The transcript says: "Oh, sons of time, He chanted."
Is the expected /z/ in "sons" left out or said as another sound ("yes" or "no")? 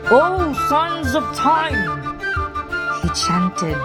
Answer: no